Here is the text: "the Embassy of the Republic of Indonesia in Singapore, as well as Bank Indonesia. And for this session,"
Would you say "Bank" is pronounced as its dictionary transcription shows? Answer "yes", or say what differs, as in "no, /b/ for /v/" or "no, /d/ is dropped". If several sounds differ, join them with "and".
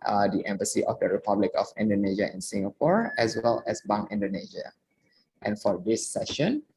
no, /k/ is dropped